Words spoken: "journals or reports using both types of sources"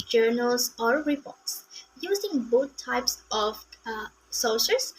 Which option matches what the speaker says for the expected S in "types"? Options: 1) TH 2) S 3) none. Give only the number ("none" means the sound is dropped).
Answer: 2